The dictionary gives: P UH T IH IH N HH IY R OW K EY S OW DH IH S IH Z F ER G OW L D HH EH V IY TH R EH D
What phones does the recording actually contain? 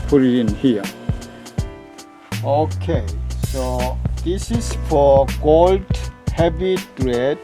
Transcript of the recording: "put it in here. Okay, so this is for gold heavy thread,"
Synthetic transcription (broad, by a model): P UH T IH IH N HH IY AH OW K EY S OW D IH S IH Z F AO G OW L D HH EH B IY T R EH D